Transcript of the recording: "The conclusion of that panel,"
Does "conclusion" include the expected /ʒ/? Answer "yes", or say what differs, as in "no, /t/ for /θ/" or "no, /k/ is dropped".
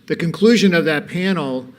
yes